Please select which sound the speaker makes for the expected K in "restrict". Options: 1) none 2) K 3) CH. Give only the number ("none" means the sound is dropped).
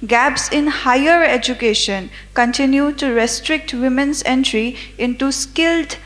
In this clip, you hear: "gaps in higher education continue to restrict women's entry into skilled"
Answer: 2